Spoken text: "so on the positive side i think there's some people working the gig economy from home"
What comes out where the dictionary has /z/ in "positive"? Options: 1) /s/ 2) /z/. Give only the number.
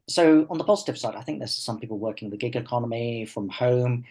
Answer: 2